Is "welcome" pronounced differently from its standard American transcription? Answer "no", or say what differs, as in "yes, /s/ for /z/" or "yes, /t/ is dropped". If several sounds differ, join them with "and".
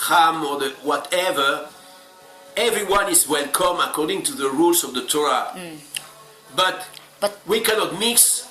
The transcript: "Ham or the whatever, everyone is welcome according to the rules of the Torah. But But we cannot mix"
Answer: no